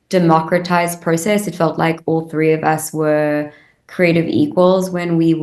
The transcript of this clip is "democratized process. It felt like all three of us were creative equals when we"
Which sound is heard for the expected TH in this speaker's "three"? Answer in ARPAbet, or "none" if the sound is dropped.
TH